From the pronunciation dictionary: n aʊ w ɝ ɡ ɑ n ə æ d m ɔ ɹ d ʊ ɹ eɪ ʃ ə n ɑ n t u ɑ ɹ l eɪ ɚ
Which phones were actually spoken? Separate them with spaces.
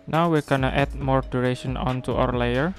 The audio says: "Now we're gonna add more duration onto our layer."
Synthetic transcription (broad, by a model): n aʊ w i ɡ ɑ n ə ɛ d m ɔ ɹ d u ɹ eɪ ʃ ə n ɑ n t u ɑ w l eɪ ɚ